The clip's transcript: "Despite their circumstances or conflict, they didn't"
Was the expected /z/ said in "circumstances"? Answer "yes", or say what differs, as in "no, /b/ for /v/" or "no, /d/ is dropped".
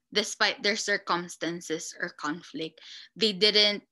no, /s/ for /z/